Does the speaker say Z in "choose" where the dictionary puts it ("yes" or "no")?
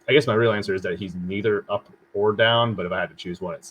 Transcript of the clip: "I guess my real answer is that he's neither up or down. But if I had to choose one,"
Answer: yes